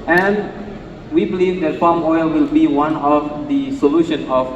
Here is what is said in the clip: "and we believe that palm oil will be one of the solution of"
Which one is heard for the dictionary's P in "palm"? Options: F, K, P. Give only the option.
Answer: F